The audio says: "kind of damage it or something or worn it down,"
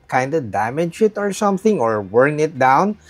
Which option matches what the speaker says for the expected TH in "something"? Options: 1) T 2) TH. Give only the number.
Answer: 2